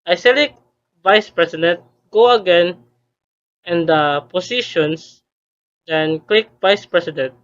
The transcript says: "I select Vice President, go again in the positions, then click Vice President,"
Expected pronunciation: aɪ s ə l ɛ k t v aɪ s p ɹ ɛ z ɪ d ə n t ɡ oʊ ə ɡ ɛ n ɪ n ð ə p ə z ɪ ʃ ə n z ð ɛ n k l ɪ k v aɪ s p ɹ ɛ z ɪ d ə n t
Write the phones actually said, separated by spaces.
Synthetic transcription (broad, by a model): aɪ s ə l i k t v aɪ s p ɹ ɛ s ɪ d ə n t ɡ oʊ ə ɡ ɛ n ɪ n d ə p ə s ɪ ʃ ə n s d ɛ n k l ɪ k v aɪ s p ɹ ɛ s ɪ d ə n t